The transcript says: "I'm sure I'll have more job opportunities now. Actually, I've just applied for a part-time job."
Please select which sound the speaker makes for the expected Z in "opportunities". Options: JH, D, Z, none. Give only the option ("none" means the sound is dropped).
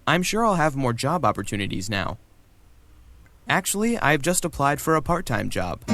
Z